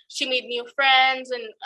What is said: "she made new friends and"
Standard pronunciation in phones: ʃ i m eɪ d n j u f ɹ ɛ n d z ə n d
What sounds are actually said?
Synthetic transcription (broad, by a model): ʃ i m eɪ d n j u f ɹ ɛ n d z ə n